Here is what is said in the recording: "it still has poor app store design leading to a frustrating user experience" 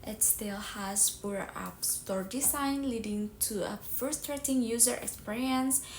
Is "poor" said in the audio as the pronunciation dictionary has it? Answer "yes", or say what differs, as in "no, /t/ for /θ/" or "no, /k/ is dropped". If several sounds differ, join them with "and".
no, /b/ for /p/